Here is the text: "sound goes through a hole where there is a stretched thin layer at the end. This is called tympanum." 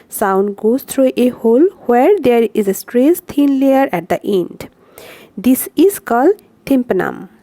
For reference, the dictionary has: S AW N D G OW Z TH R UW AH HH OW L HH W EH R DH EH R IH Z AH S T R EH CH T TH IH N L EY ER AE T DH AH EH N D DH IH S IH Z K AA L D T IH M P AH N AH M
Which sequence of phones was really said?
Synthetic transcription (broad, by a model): S AW N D G OW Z T R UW AH HH OW L HH W EH R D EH R IH Z AH S T R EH S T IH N L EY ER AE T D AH EH N D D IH S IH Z K AA L D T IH M P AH N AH M